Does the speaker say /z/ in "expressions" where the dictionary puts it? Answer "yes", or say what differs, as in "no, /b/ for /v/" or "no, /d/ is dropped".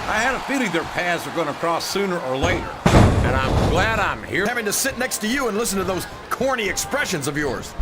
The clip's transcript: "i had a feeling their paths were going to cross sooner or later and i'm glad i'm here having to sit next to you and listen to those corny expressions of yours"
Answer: yes